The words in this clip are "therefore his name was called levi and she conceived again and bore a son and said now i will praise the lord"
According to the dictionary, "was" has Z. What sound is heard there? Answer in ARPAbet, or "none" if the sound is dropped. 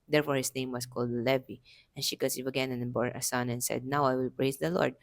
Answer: S